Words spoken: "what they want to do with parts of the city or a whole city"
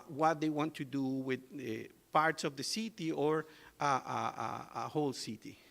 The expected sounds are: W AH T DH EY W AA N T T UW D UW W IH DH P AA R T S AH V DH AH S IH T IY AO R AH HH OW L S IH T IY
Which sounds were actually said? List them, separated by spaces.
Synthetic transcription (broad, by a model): W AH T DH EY W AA N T T UW D UW W IH DH P AA R T S AH V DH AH S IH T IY AO R AH HH OW L S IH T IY